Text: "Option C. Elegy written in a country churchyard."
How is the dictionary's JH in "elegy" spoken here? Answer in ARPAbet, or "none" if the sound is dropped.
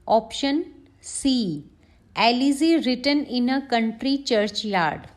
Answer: Z